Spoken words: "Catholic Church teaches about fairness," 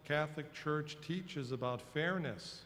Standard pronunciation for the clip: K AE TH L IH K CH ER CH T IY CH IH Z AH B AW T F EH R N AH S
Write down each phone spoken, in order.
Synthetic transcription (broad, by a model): K AE TH L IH K CH ER CH T IY CH IH Z AH B AW T F EH R N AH S